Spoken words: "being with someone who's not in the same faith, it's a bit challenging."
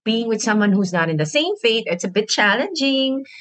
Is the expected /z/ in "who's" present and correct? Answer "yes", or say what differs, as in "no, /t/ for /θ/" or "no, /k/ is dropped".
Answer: yes